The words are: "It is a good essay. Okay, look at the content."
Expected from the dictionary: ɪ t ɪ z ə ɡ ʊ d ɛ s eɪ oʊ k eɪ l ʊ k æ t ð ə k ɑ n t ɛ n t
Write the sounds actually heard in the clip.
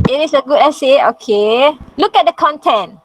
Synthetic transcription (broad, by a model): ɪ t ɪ s ə ɡ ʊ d ɛ s eɪ oʊ k eɪ l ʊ k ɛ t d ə k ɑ n t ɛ n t